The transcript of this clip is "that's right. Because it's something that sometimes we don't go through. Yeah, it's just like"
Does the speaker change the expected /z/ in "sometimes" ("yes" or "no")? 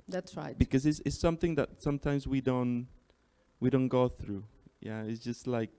no